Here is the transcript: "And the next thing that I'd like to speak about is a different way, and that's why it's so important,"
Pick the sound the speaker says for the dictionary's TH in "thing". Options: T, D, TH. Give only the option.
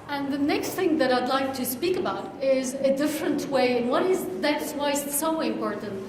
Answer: TH